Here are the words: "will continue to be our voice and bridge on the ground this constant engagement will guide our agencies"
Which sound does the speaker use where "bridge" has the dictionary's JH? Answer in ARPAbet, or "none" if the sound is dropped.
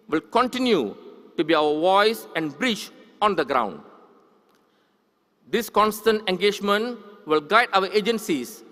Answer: CH